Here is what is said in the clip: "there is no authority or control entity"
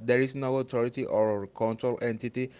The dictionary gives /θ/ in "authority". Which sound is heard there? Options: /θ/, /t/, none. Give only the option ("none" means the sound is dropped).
/t/